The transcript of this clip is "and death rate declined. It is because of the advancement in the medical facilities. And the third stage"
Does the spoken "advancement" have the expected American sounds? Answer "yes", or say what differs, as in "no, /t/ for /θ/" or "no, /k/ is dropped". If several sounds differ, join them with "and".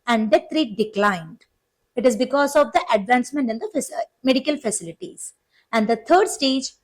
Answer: yes